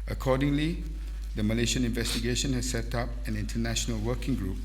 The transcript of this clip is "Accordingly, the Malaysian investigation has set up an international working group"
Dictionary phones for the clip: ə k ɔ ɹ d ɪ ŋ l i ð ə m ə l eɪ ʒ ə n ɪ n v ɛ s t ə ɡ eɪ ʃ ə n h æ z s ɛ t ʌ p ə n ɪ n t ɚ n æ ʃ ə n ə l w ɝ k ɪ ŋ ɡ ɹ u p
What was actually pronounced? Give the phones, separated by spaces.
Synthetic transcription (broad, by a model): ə k ɔ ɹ d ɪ ŋ l i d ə m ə l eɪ ʃ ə n ɪ n v ɛ s t ə ɡ eɪ ʃ ə n h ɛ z s ɛ t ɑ p ə n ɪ n t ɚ n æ ʃ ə n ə l w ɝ k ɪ ŋ ɡ ɹ u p